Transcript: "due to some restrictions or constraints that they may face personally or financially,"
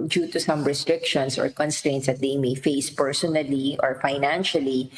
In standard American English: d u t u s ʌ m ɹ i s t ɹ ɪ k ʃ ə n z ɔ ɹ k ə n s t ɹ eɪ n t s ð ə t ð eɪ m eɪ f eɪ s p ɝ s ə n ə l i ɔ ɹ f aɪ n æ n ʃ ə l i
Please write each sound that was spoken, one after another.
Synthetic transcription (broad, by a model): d u t u s ʌ m ɹ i s t ɹ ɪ k ʃ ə n s ɔ ɹ k ə n s t ɹ eɪ n t s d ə t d eɪ m eɪ f eɪ s p ɝ s ə n ə l i ɔ ɹ f aɪ n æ n ʃ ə l i